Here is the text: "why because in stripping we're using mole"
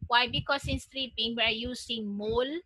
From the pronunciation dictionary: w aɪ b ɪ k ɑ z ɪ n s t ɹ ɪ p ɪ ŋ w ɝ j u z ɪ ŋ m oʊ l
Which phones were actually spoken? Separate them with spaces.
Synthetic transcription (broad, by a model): w aɪ b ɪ k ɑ s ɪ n s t ɹ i b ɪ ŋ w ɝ j u s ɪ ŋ m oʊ l